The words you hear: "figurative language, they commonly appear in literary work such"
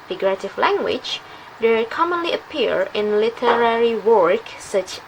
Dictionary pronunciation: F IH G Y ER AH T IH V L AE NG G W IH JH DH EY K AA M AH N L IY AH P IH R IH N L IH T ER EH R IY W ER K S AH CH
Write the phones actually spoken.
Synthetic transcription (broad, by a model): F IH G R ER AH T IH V L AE NG G W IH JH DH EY K AA M AH N L IY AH P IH R IH N L IH T ER EH R IY W ER K S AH CH